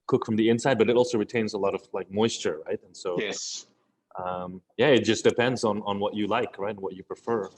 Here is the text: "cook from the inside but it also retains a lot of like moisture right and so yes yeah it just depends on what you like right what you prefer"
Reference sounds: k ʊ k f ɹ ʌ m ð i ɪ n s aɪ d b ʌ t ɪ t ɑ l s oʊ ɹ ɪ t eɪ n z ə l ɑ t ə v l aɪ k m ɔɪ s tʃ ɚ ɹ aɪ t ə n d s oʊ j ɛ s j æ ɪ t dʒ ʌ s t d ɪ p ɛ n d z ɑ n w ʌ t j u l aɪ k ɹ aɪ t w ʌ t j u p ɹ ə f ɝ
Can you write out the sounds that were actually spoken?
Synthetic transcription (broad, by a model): k ʊ k f ɹ ʌ m ð i ɪ n s aɪ d b ʌ t ɪ t ɑ l s oʊ ɹ ɪ t eɪ n z ə l ɑ t ə v l aɪ k m ɔɪ s tʃ ɚ ɹ aɪ t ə n s oʊ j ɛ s j æ ɪ t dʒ ʌ s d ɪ p ɛ n d z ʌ n w ʌ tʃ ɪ l aɪ k ɹ aɪ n w ʌ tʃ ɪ p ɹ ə f ɝ